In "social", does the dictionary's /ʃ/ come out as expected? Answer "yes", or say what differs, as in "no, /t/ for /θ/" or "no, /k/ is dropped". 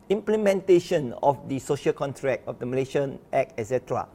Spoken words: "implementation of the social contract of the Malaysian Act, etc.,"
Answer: yes